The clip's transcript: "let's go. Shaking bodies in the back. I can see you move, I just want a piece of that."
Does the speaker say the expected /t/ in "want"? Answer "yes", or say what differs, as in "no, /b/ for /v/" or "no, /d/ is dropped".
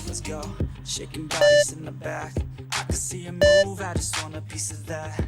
no, /t/ is dropped